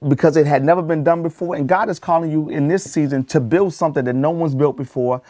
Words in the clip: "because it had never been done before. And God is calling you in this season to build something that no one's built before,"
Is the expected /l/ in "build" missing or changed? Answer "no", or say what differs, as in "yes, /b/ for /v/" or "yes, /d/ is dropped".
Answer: no